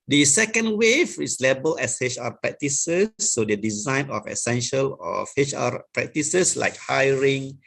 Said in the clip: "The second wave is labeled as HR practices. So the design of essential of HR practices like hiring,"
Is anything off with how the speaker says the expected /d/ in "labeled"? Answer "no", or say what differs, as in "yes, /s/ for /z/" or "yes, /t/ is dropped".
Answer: yes, /d/ is dropped